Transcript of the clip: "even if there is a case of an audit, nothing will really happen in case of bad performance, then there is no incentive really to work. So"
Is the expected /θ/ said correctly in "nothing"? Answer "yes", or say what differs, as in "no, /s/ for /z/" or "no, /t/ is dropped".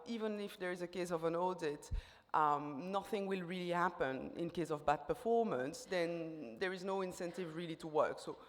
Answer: yes